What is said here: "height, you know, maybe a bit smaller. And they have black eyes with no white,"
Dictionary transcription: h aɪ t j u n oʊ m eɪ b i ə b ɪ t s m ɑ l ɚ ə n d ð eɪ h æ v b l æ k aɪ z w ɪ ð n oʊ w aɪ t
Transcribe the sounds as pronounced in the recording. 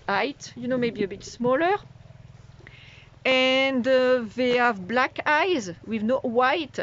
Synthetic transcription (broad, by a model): aɪ t j u n oʊ m eɪ b i ə b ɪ t s m ɑ l ɚ ə n d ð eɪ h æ v b l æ k aɪ z w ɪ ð n oʊ w aɪ t